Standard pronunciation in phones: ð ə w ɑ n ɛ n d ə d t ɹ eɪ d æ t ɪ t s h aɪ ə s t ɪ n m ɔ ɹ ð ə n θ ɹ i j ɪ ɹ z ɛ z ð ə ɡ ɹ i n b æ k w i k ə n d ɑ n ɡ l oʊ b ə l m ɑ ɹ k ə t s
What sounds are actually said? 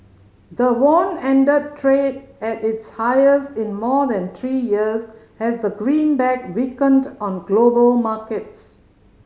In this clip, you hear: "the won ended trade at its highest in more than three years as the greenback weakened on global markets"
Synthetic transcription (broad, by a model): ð ə w ɑ n ɛ n d ə d t ɹ eɪ d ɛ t ɪ t s h aɪ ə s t ɪ n m ɔ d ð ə n t ɹ i j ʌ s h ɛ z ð ə ɡ ɹ i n b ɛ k w i k ə n d ɑ n ɡ l oʊ b ə l m ɑ k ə t s